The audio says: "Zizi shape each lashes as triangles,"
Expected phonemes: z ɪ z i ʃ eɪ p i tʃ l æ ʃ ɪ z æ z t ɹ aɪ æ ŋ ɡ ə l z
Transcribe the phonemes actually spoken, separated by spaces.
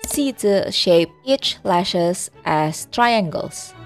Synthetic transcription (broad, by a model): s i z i ʃ eɪ p i tʃ l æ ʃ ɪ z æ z t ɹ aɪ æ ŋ ɡ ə l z